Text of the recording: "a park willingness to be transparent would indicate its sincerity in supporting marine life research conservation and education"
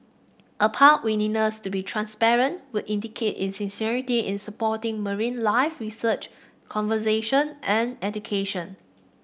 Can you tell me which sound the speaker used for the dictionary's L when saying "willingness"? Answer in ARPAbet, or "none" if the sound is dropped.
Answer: N